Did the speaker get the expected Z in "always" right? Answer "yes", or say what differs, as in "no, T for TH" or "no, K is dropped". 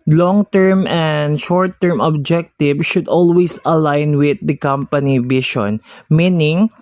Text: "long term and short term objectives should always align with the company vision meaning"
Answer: no, S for Z